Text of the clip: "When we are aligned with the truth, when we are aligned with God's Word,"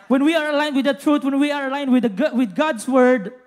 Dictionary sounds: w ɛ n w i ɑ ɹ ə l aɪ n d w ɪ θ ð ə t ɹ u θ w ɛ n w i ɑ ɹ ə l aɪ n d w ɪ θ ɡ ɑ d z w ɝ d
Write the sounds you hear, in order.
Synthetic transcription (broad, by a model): w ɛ n w i ɑ ɹ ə l aɪ n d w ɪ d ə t ɹ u t w ɛ n w i ɑ ɹ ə l aɪ n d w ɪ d ɡ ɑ d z w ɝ d